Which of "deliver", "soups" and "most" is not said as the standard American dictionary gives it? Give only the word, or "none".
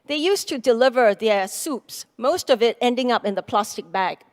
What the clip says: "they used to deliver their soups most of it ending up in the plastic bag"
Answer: none